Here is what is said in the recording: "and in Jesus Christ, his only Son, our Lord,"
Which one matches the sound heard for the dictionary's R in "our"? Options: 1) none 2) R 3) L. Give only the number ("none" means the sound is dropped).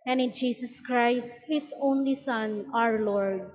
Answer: 2